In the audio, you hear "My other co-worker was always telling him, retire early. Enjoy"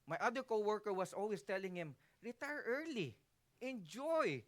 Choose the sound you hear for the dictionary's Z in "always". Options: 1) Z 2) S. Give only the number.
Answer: 2